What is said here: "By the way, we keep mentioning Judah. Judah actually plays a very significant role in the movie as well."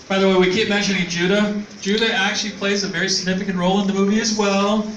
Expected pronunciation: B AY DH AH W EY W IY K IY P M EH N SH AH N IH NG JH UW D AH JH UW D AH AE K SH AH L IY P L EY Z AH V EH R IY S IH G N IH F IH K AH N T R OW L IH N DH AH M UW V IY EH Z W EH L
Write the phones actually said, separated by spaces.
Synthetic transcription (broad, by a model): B AY DH AH W EY W IY K IY P M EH N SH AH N IH NG JH UW D AH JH UW D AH AE K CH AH L IY P L EY Z AH V EH R IY S IH G N IH F IH K AH N T R OW L IH N DH AH M UW V IY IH Z W EH L